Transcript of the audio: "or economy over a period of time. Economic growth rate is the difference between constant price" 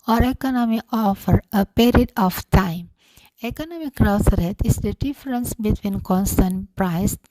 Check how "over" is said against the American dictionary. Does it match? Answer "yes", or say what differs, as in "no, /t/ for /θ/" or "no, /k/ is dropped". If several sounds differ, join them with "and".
no, /f/ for /v/